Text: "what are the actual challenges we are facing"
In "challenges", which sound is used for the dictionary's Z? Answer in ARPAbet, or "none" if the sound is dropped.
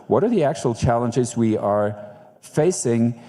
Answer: Z